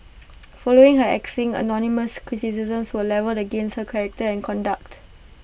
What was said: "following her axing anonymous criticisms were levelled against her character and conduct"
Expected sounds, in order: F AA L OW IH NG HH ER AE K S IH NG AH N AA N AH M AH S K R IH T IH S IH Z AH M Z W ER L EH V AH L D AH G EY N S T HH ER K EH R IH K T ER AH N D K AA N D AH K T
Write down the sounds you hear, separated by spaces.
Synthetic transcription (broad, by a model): F AA L OW IH NG HH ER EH K S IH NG AH N AA N AH M AH S K R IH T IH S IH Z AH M S W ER L EH V AH L AH G EY N S T HH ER K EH R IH K T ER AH N K AA N D AH K T